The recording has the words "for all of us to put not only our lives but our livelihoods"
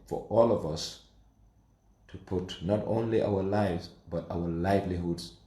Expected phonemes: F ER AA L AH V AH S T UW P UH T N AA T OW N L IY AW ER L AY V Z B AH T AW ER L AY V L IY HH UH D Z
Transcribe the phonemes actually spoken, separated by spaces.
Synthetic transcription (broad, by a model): F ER AA L AH V AH S T UW P UH T N AA T OW N L IY AW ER L AY V Z B AH T AW ER L AY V L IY HH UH D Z